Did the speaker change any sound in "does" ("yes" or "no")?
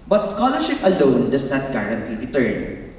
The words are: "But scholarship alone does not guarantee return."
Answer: yes